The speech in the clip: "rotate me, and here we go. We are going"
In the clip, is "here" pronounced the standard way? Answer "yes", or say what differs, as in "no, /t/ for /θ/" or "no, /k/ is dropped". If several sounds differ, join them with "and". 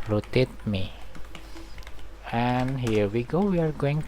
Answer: yes